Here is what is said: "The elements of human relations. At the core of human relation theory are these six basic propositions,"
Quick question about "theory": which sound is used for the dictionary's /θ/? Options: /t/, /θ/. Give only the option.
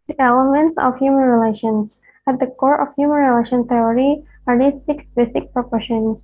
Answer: /t/